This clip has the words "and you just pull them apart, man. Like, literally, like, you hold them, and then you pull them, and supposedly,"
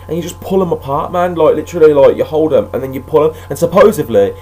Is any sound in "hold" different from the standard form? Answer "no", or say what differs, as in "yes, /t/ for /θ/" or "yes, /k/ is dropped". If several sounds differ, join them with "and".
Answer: no